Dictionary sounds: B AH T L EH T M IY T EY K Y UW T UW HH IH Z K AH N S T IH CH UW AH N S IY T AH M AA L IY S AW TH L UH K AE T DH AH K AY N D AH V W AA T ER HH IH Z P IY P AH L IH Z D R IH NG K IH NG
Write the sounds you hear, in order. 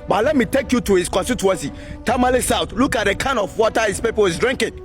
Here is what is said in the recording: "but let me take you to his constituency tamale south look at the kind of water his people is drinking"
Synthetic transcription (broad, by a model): B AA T L EH T M IY T EY K Y UW T UW HH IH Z K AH N S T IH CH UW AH N S IY T AH M AA L IY S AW T L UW K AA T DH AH K AY N D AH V W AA T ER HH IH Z P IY P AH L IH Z D R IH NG K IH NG